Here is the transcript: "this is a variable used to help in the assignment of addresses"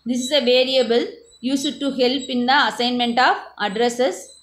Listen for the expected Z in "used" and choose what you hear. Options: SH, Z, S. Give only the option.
S